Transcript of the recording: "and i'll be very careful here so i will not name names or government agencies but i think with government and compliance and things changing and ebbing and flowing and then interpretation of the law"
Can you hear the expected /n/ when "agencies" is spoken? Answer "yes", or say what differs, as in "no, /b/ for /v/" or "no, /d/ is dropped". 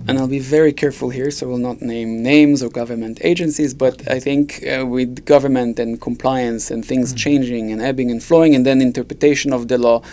yes